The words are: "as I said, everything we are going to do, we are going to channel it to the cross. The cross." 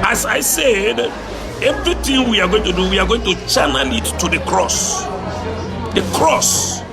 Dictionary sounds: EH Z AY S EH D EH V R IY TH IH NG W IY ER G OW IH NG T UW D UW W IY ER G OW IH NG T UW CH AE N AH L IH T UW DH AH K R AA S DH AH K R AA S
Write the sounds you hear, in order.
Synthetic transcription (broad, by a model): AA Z AY S EH D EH V R IY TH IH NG W IY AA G OW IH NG T UW D UW W IY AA G OW IH NG T UW CH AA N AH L IH T UW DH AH K R AA S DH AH K R AA S